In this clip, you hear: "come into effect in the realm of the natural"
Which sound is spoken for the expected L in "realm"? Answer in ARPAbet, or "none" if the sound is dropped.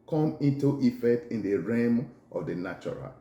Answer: none